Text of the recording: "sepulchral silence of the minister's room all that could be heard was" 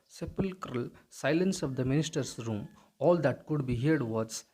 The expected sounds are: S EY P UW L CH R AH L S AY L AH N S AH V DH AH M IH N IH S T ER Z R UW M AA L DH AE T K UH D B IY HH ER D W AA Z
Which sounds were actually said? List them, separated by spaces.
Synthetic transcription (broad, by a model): S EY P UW L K R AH L S AY L AH N S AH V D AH M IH N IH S T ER S R UW M AA L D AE T K UH D B IY HH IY D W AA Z